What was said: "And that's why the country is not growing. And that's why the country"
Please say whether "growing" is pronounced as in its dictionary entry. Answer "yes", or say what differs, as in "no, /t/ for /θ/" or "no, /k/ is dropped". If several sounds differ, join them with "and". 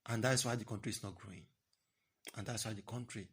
yes